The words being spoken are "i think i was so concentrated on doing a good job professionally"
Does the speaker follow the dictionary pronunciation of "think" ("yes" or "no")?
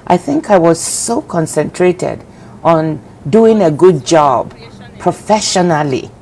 yes